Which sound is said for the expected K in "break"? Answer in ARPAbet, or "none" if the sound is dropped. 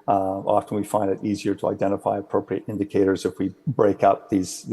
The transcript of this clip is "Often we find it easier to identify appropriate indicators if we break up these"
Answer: K